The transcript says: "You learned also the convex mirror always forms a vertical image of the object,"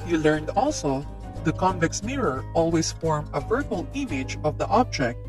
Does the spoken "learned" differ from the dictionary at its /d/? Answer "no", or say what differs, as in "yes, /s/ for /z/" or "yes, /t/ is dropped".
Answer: no